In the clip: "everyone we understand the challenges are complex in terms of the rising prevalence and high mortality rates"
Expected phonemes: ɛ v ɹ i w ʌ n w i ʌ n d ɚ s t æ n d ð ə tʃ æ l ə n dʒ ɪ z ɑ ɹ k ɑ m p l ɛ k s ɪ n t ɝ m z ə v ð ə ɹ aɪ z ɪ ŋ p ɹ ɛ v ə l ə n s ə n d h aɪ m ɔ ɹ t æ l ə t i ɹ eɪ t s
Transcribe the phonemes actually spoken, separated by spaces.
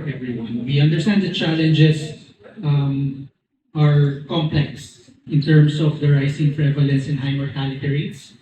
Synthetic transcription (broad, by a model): ɛ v ɹ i w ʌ n w i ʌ n d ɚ s t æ n d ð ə tʃ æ l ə n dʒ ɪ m ɑ ɹ k ɑ m p l ɛ k s ɪ n t ɝ m s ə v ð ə ɹ aɪ s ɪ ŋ p ɹ ɛ v ə l ə n s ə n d h aɪ m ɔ ɹ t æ l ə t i ɹ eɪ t s